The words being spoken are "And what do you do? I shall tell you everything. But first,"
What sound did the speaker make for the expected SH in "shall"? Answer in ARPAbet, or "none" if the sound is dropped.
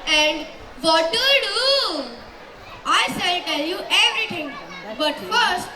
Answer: S